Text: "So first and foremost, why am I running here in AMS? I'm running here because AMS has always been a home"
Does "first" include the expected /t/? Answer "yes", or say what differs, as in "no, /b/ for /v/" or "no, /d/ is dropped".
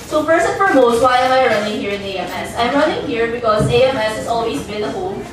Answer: no, /t/ is dropped